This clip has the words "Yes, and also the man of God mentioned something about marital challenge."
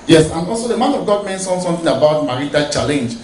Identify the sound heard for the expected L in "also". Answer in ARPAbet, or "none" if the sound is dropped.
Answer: L